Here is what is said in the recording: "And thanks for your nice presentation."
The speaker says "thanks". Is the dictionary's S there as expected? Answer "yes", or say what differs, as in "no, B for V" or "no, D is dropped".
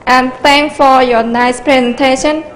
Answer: no, S is dropped